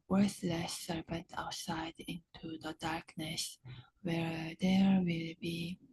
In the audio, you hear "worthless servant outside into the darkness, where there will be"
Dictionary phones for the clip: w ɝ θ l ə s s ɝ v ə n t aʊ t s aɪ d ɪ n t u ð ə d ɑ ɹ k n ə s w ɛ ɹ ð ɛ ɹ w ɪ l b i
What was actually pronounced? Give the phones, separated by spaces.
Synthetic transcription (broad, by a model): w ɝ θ l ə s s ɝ p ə n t aʊ t s aɪ d ɪ n t u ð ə d ɑ ɹ k n ə s w ɛ ɹ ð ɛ ɹ w ɪ l b i